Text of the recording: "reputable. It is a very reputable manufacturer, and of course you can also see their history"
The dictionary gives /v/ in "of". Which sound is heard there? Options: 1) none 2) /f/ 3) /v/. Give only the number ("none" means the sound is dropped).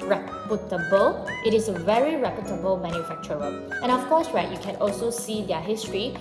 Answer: 2